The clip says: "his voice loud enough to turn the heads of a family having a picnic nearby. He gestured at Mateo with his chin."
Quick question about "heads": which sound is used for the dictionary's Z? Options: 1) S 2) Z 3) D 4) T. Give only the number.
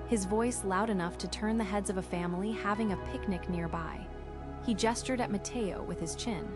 2